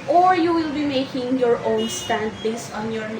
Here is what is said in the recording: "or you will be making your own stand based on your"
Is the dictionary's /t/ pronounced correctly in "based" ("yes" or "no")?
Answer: no